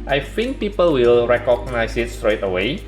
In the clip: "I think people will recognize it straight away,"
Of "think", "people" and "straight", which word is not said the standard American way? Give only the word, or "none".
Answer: think